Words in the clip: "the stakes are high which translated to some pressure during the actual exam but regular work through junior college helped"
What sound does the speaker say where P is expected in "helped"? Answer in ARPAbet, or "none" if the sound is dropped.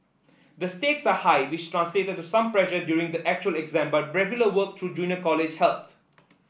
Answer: none